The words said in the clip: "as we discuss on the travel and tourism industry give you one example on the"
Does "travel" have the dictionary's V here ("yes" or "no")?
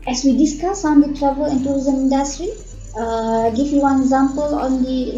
no